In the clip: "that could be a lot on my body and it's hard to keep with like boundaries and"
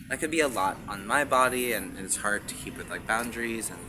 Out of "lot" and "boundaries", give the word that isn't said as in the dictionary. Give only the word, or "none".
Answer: none